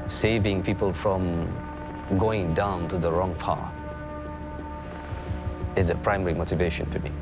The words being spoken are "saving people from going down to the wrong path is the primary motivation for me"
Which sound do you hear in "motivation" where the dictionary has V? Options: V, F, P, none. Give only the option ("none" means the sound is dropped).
V